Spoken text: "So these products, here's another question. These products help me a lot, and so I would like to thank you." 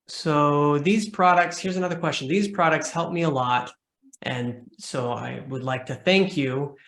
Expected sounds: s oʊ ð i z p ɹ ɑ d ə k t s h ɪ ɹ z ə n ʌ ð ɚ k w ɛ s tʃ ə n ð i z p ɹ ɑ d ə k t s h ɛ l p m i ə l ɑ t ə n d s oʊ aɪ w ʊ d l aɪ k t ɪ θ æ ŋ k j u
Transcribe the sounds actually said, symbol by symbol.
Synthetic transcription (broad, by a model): s oʊ ð i z p ɹ ɑ d ə k t s h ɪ ɹ z ə n ʌ ð ɚ k w ɛ s tʃ ə n ð i z p ɹ ɑ d ə k t s h ɛ l p m i ə l ɑ t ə n s oʊ aɪ w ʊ d l aɪ k t ɪ θ æ ŋ k j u